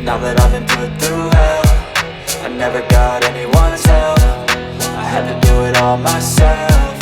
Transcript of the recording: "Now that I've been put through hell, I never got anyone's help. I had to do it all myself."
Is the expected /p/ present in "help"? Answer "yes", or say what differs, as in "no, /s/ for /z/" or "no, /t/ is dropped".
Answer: no, /f/ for /p/